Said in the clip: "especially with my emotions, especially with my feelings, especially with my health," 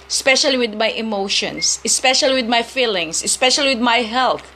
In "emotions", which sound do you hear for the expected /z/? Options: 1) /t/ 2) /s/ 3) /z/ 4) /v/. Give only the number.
2